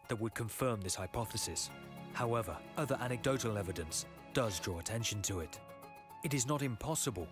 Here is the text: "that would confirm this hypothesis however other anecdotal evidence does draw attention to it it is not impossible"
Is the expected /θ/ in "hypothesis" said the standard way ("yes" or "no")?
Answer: yes